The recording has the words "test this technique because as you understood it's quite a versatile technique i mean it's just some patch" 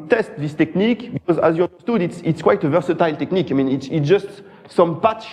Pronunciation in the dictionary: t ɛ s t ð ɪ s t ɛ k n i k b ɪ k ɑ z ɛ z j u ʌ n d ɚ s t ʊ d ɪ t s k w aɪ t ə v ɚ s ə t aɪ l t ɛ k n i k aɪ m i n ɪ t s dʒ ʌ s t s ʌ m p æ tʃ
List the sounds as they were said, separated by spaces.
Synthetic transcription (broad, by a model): t ɛ s t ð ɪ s t ɛ k n i k b ɪ k ɑ z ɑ z j u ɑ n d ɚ s t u d ɪ t s k w aɪ t ə v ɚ s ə t aɪ l t ɛ k n i k aɪ m i n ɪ t s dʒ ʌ s t s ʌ m p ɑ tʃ